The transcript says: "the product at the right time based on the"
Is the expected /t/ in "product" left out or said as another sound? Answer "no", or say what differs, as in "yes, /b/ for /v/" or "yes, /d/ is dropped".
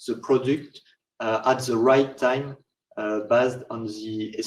no